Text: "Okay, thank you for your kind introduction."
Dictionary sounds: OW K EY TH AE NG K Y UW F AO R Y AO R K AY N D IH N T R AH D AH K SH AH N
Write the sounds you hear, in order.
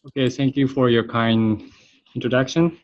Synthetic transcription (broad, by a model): OW K EY TH AE NG K Y UW F AO R Y AO R K AY N IH N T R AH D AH K SH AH N